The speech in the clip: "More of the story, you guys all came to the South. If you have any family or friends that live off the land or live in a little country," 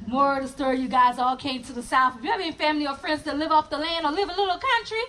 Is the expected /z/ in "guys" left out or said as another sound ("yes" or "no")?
no